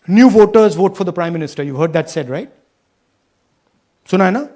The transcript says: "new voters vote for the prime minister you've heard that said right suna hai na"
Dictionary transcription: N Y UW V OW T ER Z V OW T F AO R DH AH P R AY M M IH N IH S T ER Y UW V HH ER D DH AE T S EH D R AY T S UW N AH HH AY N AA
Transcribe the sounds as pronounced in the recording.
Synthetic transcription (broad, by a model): N Y UW V OW T ER Z V OW T F AO R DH AH P R AY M M IH N IH S T ER Y UW V HH ER D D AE T S EH D R AY T S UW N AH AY N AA